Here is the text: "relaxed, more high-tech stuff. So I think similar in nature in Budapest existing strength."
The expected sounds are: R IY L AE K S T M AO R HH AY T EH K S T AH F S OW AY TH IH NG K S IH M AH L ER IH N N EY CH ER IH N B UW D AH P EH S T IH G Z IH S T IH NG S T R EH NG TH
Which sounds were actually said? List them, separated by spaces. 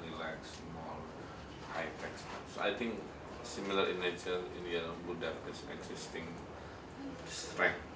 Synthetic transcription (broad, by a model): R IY L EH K S M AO L HH AY T EH K S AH S OW AY T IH NG K S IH M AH L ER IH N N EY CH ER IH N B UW D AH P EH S IH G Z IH S T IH NG S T R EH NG